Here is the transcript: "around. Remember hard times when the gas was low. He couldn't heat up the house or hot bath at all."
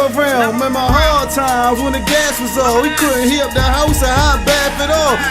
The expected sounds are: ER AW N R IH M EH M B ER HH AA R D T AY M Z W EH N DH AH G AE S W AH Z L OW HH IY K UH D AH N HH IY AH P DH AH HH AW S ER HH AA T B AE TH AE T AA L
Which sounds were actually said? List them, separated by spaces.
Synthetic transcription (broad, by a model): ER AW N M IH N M ER HH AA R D T AY M Z W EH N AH G AE S W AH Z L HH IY K UH D N HH IY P DH AH HH AW S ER HH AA B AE F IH T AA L